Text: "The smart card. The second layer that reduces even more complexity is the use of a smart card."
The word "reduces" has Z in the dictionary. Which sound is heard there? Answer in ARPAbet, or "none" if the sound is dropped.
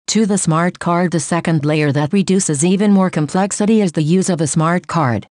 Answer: Z